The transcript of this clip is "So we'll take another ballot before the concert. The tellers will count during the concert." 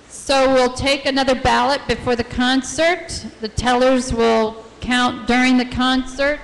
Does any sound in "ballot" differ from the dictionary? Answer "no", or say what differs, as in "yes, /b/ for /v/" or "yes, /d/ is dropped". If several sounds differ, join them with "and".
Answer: no